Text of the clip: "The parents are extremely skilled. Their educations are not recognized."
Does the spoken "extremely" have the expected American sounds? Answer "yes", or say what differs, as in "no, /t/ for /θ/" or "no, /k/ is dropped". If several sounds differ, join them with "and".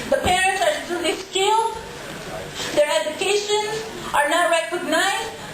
no, /m/ is dropped